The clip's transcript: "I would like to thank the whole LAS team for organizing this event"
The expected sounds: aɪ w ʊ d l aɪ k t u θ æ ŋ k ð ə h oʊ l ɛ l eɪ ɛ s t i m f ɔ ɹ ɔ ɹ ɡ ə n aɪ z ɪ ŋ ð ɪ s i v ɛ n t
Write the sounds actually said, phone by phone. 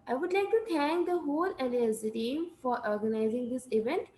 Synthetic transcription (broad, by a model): aɪ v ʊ d l aɪ k t u t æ ŋ k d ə h oʊ l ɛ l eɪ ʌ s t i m f ɔ ɹ ɔ ɹ ɡ ə n aɪ z ɪ ŋ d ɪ s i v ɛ n t